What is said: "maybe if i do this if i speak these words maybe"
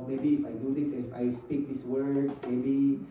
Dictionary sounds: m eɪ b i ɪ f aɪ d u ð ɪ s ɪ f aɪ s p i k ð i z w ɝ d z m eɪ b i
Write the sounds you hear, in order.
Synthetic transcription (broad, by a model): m eɪ b i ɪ f aɪ d u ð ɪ s ɪ f aɪ s p i k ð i s w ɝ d s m eɪ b i